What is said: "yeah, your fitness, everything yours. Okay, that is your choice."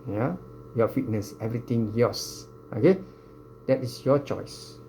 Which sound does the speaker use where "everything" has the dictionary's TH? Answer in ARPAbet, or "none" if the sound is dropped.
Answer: T